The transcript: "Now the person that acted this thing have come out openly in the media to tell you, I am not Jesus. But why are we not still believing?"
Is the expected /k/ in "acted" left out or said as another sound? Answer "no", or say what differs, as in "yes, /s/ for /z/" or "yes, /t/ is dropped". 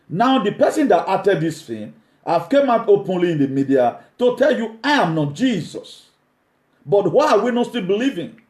yes, /k/ is dropped